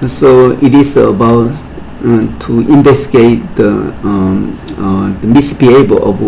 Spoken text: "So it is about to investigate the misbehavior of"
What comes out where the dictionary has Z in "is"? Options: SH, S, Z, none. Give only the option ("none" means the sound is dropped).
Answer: S